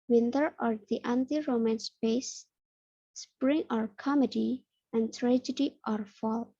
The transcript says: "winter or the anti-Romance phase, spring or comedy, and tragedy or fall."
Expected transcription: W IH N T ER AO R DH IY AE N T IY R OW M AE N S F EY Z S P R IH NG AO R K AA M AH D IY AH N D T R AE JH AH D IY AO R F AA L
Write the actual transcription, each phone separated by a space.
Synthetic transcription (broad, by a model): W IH N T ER AO R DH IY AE N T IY R OW M AE N S P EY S S P R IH NG AO R K AA M AH D IY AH N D T R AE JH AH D IY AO R F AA L